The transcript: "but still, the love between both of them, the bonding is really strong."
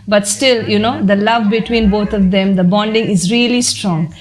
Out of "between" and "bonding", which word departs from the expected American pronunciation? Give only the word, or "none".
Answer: none